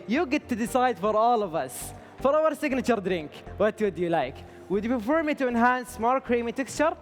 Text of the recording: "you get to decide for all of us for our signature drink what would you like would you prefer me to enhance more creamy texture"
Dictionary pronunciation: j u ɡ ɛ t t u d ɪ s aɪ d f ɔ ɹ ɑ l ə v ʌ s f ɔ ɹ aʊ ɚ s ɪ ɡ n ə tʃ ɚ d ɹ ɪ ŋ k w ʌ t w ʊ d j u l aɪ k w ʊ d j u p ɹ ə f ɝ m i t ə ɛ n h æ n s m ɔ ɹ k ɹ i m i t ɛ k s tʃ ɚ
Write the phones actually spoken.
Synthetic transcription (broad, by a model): j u ɡ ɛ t t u d ɪ s aɪ d f ɔ ɹ ɑ l ə v ʌ s f ɔ ɹ aʊ ɚ s ɪ ɡ n ə tʃ ɚ d ɹ ɪ ŋ k w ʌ t w ʊ d j u l aɪ k w ʊ d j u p ə f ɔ m i t ə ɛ n h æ n s m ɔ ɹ k ɹ i m i t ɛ k s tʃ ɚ